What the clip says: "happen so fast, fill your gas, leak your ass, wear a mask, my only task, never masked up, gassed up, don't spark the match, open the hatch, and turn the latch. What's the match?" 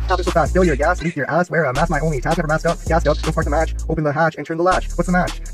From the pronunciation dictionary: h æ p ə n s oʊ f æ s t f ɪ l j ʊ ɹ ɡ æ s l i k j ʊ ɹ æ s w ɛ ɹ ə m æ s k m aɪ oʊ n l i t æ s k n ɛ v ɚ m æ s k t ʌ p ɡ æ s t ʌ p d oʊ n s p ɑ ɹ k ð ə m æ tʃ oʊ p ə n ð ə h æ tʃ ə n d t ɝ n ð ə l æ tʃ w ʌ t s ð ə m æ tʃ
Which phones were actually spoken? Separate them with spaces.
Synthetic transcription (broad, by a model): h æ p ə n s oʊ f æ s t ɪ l j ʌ ɹ ɡ æ s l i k j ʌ ɹ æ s w ɛ ɹ ə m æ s m aɪ oʊ n l i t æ k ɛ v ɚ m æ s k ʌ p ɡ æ s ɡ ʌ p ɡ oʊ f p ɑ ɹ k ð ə m æ tʃ oʊ p ə n ð ə h æ tʃ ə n t ɝ n ð ə l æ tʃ w ʌ t s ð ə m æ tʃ